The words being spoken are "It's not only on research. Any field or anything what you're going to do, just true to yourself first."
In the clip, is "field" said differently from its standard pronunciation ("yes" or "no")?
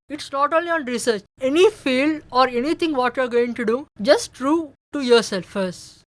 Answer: yes